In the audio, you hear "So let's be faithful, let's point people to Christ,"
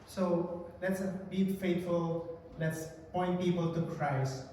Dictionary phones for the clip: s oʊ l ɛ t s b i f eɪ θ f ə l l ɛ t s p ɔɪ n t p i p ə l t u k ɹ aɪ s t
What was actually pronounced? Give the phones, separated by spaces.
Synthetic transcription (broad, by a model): s oʊ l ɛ t s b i f eɪ t f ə l l ɛ t s p ɔɪ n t p i p ə l t u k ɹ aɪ s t